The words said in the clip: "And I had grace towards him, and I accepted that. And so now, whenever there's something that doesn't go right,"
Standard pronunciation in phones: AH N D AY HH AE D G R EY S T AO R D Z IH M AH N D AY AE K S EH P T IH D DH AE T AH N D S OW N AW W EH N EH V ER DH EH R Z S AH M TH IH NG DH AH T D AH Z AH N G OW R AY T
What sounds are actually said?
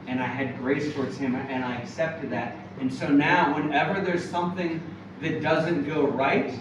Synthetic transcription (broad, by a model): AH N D AY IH D G R EY S T AO R D Z IH M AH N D AY AE K S EH P T IH D DH AE T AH N S OW N AW W EH N EH V ER DH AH R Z S AH M TH IH NG DH AH T D AH Z AH N G OW R AY T